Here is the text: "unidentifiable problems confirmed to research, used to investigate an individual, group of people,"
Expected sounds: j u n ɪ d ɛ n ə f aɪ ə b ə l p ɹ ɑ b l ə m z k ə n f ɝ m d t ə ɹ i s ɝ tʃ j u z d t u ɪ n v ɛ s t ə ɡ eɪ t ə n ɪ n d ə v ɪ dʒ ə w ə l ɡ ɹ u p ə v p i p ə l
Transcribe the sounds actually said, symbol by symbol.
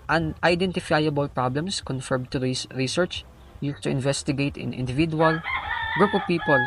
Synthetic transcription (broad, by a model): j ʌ n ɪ d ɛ n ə f aɪ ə b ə l p ɹ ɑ b l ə m s k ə n f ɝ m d t ə ɹ i s ɝ tʃ j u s t u ɪ n v ɛ s t ə ɡ eɪ t ə n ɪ n d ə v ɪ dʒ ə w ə l ɡ ɹ u p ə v p i p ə l